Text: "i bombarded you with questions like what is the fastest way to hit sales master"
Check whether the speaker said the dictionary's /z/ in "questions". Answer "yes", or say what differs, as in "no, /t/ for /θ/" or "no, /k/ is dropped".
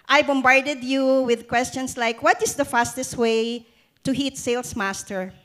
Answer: no, /s/ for /z/